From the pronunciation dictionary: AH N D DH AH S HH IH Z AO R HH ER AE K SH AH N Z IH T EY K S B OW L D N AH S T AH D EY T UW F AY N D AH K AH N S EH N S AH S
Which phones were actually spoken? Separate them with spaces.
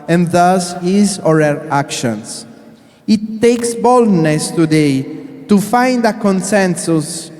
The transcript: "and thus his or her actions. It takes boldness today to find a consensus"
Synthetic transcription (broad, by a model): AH N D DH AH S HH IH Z AO R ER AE K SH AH N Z IH T EY K S B OW L D N AH S T AH D EY T UW F AY N D AH K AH N S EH N S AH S